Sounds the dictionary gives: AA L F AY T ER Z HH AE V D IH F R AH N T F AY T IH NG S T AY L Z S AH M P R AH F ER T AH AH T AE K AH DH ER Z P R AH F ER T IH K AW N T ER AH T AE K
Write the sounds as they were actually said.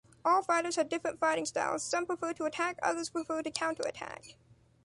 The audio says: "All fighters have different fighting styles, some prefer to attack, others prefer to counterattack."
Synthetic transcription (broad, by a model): AA L F AY T ER Z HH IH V D IH F R AH N T F AY T IH NG S T AY L Z S AH M P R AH F ER T AH AH T AE K AH DH ER Z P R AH F ER T IH K AW N T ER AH T AE K